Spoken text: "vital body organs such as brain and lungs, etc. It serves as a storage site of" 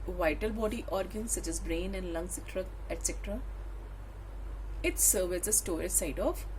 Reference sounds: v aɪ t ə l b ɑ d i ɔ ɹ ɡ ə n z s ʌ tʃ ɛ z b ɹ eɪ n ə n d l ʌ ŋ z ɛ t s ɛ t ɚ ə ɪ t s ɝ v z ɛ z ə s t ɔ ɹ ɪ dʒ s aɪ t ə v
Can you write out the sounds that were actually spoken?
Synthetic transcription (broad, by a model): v aɪ t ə l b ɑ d i ɔ ɹ ɡ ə n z s ʌ tʃ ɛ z b ɹ eɪ n ə n d l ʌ ŋ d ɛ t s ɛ t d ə ɪ t s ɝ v ɛ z ə s t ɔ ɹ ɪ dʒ s aɪ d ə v